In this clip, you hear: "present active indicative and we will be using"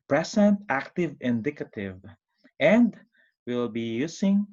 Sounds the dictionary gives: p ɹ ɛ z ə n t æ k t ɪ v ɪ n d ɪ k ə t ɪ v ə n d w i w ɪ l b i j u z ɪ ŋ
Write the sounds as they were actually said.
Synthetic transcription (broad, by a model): p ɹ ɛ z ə n t æ k t ɪ v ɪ n d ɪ k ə t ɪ v ə n d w w ɪ l b i j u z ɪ ŋ